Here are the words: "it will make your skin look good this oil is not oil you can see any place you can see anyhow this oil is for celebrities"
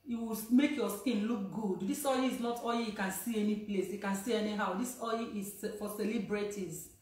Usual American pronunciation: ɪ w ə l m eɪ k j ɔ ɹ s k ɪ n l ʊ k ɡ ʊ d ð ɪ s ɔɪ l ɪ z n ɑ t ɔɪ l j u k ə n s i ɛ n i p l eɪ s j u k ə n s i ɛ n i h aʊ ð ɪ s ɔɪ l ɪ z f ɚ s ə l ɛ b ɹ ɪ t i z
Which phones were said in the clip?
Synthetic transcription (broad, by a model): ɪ w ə m eɪ k j ɔ s k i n l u k ɡ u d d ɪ s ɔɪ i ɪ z l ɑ t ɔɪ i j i k ə n s i ɛ n i p l eɪ s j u k ə n s i ɛ n i h aʊ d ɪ s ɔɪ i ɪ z f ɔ s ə l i b ɹ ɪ t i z